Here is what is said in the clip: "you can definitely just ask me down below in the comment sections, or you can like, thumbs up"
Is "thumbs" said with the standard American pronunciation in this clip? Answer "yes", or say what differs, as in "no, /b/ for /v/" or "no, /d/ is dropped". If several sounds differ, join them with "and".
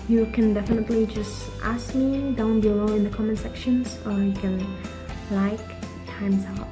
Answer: no, /t/ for /θ/